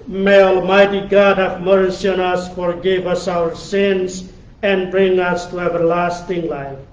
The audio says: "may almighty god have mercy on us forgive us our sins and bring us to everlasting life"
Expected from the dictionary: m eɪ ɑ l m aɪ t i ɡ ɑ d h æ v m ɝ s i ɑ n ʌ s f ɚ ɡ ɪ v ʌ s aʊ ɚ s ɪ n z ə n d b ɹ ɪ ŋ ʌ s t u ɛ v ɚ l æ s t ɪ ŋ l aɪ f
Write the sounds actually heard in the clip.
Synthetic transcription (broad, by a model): m eɪ ɑ l m aɪ t i ɡ ɑ d h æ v m ɝ s i ɑ n ʌ s f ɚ ɡ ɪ v ʌ s aʊ ɚ s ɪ n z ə n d b ɹ ɪ ŋ ʌ s t u ɛ v ɚ l æ s t ɪ ŋ l aɪ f